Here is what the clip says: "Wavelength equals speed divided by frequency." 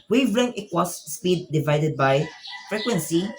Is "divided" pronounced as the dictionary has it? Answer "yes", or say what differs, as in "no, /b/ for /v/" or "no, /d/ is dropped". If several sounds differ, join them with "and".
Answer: yes